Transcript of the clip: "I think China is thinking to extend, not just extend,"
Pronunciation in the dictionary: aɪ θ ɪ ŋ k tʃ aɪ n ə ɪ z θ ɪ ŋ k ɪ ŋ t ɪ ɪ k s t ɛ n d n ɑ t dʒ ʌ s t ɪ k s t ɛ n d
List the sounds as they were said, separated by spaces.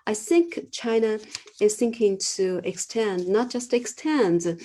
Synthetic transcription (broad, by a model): aɪ θ ɪ ŋ k tʃ aɪ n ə ɪ z θ ɪ ŋ k ɪ ŋ t ɪ ɪ k s t ɛ n d n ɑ t dʒ ʌ s t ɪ k s t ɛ n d